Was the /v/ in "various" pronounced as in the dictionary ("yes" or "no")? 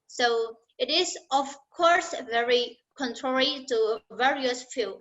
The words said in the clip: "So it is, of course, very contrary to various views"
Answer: yes